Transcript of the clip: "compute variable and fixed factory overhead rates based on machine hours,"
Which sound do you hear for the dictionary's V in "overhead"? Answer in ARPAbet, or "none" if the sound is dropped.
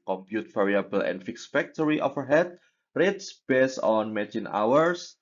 F